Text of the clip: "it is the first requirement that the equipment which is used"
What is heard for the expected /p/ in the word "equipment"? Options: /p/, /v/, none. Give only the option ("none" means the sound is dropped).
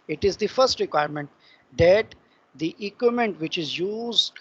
none